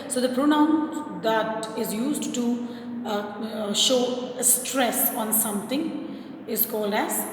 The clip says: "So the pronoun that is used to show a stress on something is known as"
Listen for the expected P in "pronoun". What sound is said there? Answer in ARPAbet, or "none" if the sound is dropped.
P